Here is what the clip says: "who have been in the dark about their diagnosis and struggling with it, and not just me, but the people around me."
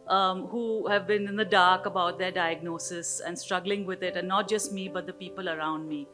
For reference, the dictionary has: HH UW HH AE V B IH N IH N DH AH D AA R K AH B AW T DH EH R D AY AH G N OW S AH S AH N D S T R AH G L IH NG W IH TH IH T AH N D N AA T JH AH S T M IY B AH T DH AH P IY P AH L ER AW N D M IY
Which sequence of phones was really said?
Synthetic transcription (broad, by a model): HH UW HH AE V B IH N IH N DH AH D AA R K AH B AW T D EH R D AY AH G N OW S AH S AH N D S T R AH G L IH NG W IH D IH T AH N N AA T JH AH S T M IY B AH T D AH P IY P AH L ER AW N D M IY